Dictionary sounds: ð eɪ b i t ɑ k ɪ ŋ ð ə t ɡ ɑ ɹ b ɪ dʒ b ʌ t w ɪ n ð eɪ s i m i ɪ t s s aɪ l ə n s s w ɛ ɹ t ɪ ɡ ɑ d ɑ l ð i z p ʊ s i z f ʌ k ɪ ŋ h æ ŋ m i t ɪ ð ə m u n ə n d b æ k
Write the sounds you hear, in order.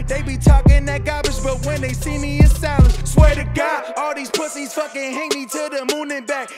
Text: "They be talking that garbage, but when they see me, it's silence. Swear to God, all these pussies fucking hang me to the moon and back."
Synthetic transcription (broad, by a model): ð eɪ b i t ɑ k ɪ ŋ ð ə t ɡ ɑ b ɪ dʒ b ʌ t w ɪ n ð eɪ s i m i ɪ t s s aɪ ə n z s w ɛ ɹ t ɪ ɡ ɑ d ɑ l ð i z p ʊ s i z f ʌ k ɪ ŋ h æ ŋ m i t ɪ ð ə m u n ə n b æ k